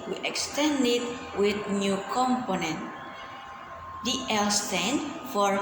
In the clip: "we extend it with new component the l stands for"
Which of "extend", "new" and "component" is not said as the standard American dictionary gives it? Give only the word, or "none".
none